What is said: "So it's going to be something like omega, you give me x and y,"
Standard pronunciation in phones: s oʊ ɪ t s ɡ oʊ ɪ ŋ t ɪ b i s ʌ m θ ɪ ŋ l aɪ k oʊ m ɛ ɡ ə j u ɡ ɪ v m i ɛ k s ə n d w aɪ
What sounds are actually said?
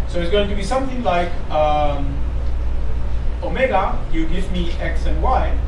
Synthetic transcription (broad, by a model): s oʊ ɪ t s ɡ oʊ ɪ ŋ t ɪ b i s ʌ m θ ɪ ŋ l aɪ k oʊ m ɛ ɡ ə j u ɡ ɪ v m i ɛ k s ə n w aɪ